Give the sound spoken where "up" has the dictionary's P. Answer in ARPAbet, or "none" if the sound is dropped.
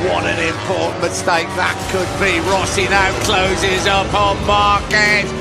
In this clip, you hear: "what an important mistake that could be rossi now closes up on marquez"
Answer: P